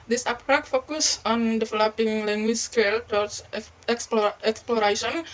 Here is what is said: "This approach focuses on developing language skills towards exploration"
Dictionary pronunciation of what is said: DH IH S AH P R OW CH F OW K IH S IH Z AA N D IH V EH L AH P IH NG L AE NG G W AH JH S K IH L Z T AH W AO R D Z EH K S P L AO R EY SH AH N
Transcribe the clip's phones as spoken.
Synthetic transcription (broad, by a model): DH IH S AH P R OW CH F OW K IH S AA N D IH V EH L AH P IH NG L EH NG G W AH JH S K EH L T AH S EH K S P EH K S P L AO R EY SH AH N